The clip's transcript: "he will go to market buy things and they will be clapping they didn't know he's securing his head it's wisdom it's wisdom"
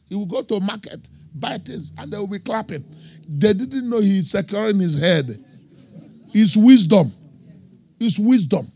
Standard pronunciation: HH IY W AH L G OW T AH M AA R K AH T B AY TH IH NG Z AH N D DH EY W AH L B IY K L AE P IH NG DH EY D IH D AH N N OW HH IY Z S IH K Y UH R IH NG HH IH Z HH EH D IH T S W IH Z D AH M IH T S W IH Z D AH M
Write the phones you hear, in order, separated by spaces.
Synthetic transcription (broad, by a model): HH IY W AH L G OW T AH M AA K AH T B AY T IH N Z AH N D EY W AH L B IY K L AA P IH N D EY D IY D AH N N OW HH IY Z S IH K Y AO R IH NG HH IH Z HH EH D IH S W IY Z D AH M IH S W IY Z D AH M